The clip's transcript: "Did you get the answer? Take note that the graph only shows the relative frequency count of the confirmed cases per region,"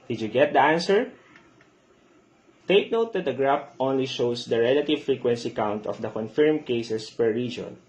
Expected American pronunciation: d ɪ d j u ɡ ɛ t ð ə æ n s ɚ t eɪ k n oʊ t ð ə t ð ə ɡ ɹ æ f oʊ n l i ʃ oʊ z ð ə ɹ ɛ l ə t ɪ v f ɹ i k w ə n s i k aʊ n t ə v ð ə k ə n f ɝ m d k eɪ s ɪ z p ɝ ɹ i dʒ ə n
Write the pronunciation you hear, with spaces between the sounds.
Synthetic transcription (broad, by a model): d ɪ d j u ɡ ɛ t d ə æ n s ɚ t eɪ k n oʊ t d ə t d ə ɡ ɹ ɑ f oʊ n l i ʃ oʊ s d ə ɹ ɛ l ə t ɪ v f ɹ i k w ə n s i k aʊ n t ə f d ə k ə n f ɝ m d k eɪ s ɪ s p ɝ ɹ i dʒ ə n